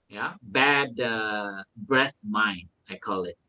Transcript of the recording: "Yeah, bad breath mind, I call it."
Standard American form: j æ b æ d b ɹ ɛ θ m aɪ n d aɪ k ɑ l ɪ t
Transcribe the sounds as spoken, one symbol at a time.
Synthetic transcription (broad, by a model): j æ b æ d b ɹ ɛ θ m aɪ n aɪ k ɑ l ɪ t